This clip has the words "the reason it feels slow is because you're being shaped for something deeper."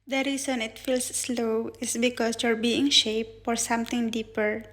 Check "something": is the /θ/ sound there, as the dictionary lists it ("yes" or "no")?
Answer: no